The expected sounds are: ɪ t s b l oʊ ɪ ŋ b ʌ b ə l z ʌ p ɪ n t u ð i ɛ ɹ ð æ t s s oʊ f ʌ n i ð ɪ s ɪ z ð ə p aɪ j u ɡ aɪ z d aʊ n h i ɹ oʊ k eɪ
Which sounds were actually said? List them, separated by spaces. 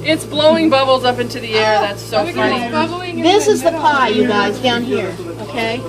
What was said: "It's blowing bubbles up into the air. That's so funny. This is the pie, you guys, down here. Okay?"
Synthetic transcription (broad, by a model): ɪ t s b l oʊ ɪ ŋ b ʌ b l z ʌ p ɪ n t u ð i ɛ ɹ ð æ t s s oʊ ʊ i ð ɪ s ɪ z ð ə p aɪ j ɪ ɡ aɪ z d aʊ n h i ɹ oʊ k eɪ